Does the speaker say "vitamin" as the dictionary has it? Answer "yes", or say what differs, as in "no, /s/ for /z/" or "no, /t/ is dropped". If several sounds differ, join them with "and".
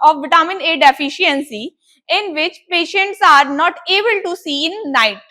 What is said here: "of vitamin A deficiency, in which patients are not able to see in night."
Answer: no, /b/ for /v/